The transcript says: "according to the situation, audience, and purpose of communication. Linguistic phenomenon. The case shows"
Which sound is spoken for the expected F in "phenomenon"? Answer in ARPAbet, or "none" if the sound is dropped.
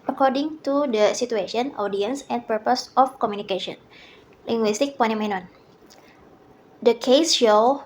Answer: P